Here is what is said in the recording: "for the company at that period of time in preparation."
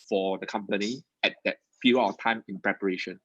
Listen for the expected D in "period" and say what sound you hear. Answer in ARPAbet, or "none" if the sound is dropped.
none